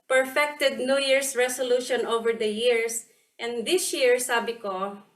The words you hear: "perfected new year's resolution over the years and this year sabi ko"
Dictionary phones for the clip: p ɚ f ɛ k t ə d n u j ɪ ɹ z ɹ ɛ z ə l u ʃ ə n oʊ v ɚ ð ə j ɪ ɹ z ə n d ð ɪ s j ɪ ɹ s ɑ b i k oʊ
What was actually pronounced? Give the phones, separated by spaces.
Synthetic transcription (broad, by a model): p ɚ f ɛ k t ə d n u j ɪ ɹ s ɹ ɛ s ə l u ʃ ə n oʊ v ɚ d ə j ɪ ɹ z ə n d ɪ s j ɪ ɹ s ɑ b i k oʊ